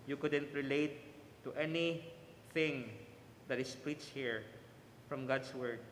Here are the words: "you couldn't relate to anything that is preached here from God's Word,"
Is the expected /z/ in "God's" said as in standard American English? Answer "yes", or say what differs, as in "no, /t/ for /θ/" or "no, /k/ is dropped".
no, /s/ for /z/